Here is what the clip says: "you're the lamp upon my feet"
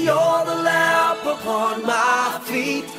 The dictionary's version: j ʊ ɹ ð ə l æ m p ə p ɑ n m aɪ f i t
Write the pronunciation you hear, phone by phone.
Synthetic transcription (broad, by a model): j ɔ ð ə l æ p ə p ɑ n m aɪ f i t